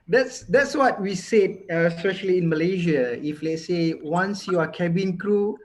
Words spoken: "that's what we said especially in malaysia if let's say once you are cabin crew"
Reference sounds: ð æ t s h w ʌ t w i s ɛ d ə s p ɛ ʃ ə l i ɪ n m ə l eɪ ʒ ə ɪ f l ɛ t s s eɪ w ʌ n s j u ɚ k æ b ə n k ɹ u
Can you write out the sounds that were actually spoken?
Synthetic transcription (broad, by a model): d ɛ t s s w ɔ t w i s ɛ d ə s p ɛ ʃ ə l i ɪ n m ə l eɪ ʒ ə ɪ f l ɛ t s s eɪ w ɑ n s j u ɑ k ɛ b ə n k ɹ u